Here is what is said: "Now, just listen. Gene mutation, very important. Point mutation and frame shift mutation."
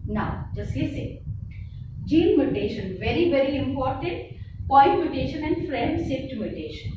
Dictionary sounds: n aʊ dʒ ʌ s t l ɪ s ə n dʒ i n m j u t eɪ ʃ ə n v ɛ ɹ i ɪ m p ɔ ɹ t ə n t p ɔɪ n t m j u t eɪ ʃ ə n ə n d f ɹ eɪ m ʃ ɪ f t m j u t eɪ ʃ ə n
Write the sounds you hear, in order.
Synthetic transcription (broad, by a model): n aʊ dʒ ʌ s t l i s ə dʒ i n m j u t eɪ ʃ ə n v ɛ ɹ i ɪ m p ɔ ɹ t ə n t p ɔɪ n t m j u t eɪ ʃ ə n ə n d f ɹ eɪ m s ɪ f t m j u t eɪ ʃ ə n